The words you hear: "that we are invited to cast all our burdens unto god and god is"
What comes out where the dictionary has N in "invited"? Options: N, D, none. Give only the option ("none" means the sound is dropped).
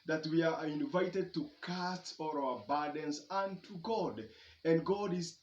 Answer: N